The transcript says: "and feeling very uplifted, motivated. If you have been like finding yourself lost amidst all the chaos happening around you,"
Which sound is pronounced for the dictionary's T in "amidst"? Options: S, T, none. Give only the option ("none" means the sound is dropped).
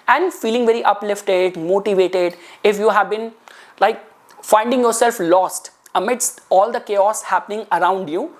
T